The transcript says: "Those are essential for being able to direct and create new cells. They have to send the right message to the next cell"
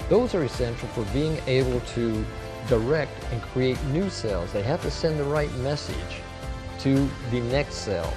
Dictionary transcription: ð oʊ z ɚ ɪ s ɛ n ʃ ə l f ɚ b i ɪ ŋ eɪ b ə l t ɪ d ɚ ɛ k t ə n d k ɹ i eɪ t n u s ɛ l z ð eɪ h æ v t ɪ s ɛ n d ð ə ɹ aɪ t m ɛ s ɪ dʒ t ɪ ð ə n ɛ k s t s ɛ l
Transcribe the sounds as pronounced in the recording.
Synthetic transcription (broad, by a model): ð oʊ z ɚ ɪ s ɛ n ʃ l f ɚ b i ɪ ŋ eɪ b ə l t ɪ d ɚ ɛ k t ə n k ɹ i eɪ t n u s ɛ l z ð eɪ h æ f t ɪ s ɛ n ð ə ɹ aɪ t m ɛ s ɪ dʒ t ɪ ð ə n ɛ k s t s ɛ l